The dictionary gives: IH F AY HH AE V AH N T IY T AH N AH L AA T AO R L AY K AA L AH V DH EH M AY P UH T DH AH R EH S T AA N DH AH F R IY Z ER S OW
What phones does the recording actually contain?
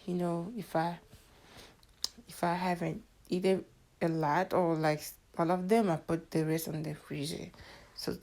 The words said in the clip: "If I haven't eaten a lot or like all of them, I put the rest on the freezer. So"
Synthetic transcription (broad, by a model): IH F AY HH AE V AH N T IY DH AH AH L AA T AO R L AY K AA L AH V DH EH M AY P UH T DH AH R EH S T AA N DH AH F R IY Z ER S OW